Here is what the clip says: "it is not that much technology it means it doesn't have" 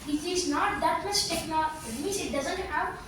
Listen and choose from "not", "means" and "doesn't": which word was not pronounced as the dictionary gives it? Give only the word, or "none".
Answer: means